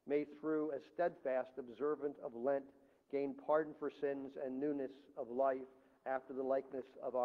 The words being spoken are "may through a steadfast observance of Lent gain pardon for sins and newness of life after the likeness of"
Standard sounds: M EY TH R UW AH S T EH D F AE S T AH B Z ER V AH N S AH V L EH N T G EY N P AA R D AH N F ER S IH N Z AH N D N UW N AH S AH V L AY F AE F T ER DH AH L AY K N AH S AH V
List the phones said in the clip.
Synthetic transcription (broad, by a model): M EY TH R UW AH S T EH D F AE S T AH B Z ER V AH N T AH V L EH N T G EY N P AA R D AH N F ER S IH N Z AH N N UW N AH S AH V L AY F AE F T ER DH AH L AY K N AH S AH V